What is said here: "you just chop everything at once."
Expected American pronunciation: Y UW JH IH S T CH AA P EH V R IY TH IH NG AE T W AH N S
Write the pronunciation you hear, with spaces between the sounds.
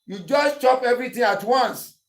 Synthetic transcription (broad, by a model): Y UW JH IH S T CH AA P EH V R IY T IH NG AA T W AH N S